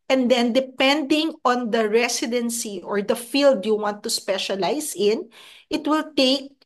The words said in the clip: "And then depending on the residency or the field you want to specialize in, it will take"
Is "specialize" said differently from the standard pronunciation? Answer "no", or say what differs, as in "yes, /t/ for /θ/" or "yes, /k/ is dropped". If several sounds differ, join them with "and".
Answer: yes, /s/ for /z/